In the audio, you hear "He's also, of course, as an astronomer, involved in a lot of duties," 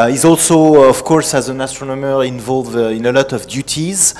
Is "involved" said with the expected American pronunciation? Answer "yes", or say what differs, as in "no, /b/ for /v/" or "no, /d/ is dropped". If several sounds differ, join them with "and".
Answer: no, /d/ is dropped